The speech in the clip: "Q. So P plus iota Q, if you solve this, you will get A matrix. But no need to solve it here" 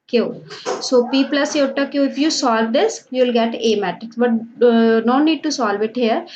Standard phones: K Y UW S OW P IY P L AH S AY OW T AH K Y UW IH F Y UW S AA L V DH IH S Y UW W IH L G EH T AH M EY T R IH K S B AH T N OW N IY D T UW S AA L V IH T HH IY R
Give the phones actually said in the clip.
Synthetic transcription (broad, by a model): K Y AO S OW P IY P L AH S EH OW T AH K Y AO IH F Y UW S AA L V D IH S Y UW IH L G EH T AH M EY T IH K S B AH T N OW N IY D T UW S AA L V IH T HH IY R